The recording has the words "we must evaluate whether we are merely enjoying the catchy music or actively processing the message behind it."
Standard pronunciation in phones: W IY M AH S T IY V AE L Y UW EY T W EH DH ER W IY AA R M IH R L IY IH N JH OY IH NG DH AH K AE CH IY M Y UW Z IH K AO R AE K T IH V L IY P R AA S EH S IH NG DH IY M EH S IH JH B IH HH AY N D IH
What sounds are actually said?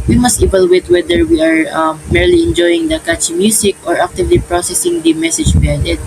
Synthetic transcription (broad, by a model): W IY M AH S T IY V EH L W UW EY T W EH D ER W IY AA R M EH R L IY IH N JH OY IH NG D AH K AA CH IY M Y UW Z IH K AO R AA K T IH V L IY P R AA S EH S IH NG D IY M EH S IH JH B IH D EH D